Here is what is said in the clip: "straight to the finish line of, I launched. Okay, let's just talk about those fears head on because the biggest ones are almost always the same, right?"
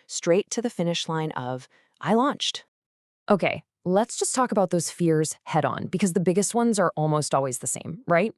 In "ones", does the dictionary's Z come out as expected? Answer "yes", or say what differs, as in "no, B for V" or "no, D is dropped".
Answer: yes